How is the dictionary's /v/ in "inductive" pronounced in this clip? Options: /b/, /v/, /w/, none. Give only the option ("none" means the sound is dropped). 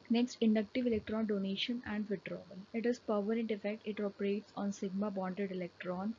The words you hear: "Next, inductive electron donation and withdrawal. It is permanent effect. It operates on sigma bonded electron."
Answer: /v/